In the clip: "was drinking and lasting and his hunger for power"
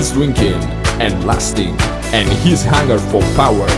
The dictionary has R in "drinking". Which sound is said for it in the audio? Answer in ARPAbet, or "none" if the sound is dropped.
W